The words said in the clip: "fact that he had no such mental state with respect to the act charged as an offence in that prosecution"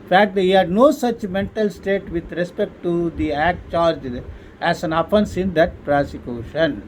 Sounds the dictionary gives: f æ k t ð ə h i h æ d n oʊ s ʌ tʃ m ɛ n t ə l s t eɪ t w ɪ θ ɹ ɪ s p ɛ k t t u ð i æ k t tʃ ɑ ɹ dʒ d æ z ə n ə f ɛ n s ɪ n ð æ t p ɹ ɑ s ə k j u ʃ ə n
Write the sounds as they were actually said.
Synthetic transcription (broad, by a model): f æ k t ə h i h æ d n oʊ s ʌ tʃ m ɛ n t ə l s t eɪ t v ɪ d ɹ ɪ s p ɛ k t t u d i æ k t tʃ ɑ ɹ dʒ æ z ə n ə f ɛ n s ɪ n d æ t p ɹ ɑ s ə k j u ʃ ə n